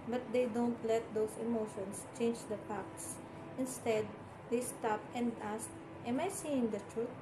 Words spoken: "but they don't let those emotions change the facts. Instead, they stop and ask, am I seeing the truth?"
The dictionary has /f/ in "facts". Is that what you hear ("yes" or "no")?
no